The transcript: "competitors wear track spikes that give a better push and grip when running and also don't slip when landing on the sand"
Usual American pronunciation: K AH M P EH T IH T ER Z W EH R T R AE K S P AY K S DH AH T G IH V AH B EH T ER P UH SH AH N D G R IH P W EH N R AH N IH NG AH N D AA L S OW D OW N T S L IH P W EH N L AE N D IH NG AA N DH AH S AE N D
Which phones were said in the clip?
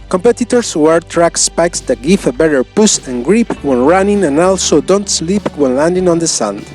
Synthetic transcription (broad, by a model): K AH M P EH T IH T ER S W EH R T R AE K S P AY K S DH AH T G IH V AH B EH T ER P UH S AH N G R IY P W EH N R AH N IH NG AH N AA L S OW D OW N T S L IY P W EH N L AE N D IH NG AA N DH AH S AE N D